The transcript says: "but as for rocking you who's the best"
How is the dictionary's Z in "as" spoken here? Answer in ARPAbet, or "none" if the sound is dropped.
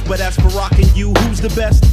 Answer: S